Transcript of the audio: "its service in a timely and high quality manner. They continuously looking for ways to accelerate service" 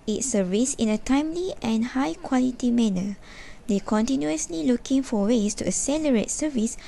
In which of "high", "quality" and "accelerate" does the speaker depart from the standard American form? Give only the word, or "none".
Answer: accelerate